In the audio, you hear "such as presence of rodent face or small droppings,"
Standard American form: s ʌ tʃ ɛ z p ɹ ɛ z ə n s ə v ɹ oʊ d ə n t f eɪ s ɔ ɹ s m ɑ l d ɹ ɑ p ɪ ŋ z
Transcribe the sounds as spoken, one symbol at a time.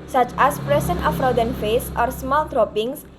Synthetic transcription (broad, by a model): s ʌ tʃ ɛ s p ɹ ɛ s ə n ə f ɹ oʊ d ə n f eɪ s ɔ ɹ s m ɑ l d ɹ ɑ p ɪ ŋ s